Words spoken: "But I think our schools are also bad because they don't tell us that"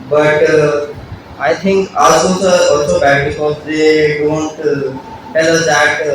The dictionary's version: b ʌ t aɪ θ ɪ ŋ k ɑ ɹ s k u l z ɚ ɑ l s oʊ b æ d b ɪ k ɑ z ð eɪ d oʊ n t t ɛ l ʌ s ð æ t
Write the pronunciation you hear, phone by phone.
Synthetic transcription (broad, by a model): b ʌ t aɪ t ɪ ŋ k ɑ l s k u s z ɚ ɑ l s oʊ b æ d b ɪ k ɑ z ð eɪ d oʊ n t t ɛ l ʌ s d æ t